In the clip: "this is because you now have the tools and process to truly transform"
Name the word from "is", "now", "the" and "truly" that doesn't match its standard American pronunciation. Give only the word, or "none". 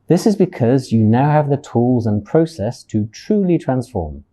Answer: none